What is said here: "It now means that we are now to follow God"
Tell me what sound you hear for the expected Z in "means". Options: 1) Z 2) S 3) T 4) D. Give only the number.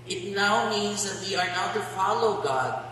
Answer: 1